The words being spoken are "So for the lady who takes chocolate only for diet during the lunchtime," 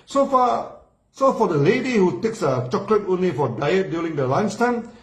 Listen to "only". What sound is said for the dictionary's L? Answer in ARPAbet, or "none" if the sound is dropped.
L